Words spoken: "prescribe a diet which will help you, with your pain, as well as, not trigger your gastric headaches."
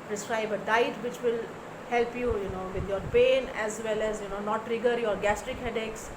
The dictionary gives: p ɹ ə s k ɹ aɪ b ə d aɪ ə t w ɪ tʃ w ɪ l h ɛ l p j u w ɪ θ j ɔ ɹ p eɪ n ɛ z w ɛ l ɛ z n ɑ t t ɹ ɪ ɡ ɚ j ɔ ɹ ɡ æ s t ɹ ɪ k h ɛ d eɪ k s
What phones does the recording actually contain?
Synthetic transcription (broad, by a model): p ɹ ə s k ɹ aɪ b ə d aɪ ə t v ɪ tʃ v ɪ l h ɛ l p j u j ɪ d j ɔ ɹ p eɪ n ɛ z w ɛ l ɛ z n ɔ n t ɹ ɪ ɡ ɚ j ɔ ɹ ɡ æ s t ɹ ɪ k h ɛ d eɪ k s